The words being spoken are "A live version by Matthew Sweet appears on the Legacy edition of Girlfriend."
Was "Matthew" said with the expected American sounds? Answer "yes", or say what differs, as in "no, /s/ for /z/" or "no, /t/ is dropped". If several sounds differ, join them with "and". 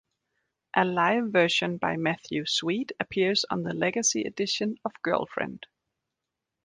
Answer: yes